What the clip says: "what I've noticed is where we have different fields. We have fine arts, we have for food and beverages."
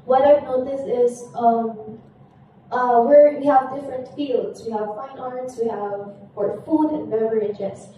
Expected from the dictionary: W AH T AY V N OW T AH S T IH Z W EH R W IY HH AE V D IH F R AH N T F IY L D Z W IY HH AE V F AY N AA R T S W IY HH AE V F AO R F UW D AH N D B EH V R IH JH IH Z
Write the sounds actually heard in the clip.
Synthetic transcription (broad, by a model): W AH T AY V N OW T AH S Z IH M W EH R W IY HH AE V D IH F R AH N T F IY L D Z W IY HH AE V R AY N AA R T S W IY HH AE V P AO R F UW D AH N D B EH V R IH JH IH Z